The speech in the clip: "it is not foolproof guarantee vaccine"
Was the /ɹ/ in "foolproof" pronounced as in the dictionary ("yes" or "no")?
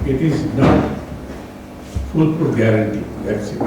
no